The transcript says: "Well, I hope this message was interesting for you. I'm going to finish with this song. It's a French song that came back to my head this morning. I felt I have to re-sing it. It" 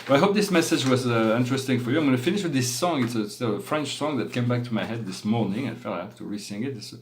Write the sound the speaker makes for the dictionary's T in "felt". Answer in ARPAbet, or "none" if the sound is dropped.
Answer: none